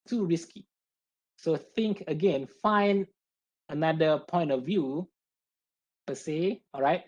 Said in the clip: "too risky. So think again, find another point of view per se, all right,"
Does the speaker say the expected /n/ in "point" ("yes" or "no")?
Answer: yes